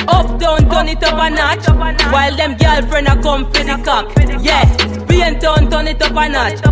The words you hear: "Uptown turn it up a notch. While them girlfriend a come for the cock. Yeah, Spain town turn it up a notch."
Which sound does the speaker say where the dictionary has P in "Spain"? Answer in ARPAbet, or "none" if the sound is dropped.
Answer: B